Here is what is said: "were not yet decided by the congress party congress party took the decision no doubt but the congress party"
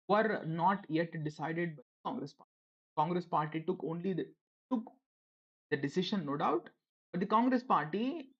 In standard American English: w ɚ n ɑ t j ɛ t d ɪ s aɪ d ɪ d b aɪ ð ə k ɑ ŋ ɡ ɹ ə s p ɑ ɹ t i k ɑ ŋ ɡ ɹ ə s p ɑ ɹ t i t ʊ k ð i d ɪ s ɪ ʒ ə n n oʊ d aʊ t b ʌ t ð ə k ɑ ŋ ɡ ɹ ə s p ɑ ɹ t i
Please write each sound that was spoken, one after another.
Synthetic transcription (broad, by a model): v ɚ n ɑ t j ɛ t d ɪ s aɪ d ɪ d b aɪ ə k ɑ ŋ ɡ ɹ ə s p ɑ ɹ t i k ɑ ŋ ɡ ɹ ə s p ɑ ɹ t i t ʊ k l i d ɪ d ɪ s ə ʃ n oʊ d aʊ t b ʌ t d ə k ɑ ŋ ɡ ɹ ə s p ɑ ɹ t i